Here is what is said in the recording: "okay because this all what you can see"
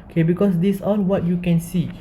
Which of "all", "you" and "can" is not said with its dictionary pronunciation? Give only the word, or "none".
all